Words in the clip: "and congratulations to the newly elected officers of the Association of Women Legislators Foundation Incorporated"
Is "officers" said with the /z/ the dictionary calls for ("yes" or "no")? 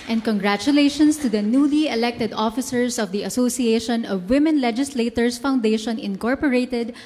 no